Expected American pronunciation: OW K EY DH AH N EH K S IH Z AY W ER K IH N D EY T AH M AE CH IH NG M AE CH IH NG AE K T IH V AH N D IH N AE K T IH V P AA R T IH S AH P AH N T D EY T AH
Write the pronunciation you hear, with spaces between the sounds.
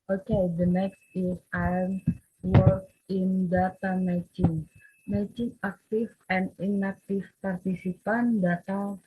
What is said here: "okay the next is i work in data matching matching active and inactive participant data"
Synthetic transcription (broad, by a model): OW K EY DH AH N EH K S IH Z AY W ER K IH N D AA T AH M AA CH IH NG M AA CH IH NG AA K T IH F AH N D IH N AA K T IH F P AA R T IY S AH P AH N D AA T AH